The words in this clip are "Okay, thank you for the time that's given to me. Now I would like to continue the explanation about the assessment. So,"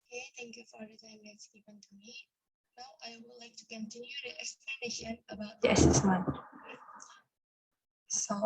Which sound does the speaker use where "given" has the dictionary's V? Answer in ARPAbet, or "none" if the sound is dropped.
none